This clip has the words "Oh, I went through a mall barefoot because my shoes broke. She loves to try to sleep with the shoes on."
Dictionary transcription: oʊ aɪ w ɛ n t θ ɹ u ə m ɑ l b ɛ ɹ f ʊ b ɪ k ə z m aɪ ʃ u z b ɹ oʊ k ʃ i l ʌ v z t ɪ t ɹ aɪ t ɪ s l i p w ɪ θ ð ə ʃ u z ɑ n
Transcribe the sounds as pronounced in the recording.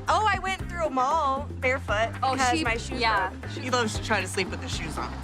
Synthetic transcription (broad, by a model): oʊ aɪ w ɛ n θ ɹ u ə m ɑ l b ɛ ɹ f ʊ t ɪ ə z m aɪ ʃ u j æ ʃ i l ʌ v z t ɪ t ɹ aɪ t ɪ s l i p w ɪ ð ə ʃ u z n